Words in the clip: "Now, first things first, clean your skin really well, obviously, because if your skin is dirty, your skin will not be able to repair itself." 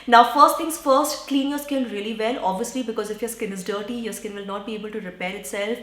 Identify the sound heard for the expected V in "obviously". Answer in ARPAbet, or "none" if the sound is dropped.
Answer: V